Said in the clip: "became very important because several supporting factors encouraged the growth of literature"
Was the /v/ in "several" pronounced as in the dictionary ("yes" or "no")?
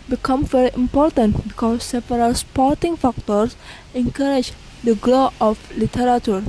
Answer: no